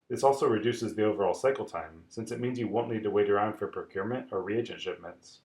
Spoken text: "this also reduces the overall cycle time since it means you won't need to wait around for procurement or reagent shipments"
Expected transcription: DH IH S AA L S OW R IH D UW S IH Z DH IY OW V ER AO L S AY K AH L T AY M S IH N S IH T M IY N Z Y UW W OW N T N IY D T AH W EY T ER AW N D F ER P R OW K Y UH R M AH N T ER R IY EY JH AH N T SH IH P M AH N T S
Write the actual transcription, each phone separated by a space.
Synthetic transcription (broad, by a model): DH IH S AA L S OW R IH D UW S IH Z DH IY OW V ER AO L S AY K AH L T AY M S IH N S IH T M IY N Z Y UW W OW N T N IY D T AH W EY T ER AW N D F ER P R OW K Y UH R M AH N T ER R IY EY JH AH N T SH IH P M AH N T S